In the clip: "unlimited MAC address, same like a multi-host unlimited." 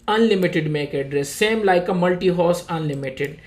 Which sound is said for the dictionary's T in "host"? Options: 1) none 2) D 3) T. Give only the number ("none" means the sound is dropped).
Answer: 1